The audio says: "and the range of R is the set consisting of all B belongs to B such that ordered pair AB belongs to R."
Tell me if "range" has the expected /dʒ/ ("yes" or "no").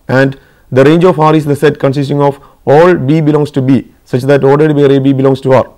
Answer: yes